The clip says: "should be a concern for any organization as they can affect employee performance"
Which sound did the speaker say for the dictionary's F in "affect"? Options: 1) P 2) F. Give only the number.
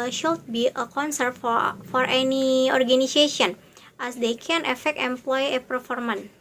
2